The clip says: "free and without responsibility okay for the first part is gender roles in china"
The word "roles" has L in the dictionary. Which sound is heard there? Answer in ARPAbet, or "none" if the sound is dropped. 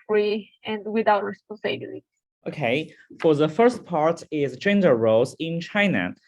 none